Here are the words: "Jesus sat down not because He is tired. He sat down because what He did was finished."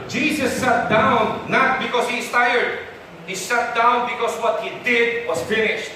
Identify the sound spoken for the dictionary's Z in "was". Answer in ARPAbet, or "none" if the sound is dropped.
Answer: S